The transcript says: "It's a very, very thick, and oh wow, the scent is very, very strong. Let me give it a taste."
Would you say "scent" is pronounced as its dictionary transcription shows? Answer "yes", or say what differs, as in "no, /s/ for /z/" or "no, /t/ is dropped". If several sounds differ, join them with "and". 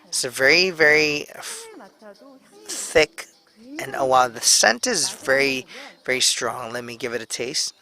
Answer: yes